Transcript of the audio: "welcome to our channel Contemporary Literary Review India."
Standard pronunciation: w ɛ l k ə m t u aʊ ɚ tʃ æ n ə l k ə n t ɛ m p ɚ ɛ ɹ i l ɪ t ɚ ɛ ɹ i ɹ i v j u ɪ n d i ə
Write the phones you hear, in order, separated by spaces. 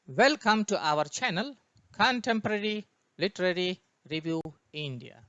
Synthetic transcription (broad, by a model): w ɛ l k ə m t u aʊ ɚ tʃ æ n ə l k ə n t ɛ m p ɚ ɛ ɹ i l ɪ t ɚ ɛ ɹ i ɹ i v j u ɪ n d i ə